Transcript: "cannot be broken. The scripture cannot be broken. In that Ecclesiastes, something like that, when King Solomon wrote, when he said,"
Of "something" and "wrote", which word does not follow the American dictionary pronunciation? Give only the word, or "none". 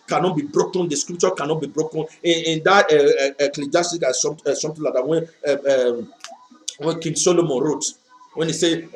something